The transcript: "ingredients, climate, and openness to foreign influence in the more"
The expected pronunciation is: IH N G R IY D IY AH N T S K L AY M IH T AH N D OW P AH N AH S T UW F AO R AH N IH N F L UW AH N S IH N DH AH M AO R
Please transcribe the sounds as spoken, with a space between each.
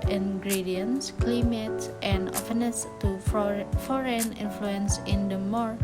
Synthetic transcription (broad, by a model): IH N G R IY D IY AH N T S K L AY M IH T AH N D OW F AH N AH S T UW F AO R AH N IH N F L UW AH N S IH N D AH M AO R